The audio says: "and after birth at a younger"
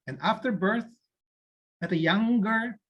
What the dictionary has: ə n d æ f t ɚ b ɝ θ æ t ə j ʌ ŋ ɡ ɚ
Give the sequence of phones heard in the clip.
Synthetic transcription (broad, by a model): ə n æ f t ɚ b ɝ θ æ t ə j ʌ ŋ ɡ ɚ